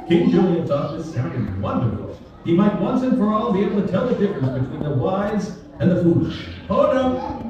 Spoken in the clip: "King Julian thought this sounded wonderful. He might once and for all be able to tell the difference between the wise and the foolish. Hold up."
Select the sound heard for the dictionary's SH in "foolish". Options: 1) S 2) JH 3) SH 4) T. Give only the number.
3